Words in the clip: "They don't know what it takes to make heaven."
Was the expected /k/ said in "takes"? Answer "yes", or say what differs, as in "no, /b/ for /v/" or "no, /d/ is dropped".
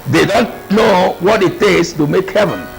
no, /k/ is dropped